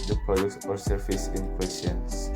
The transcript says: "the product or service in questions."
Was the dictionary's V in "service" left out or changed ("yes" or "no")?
yes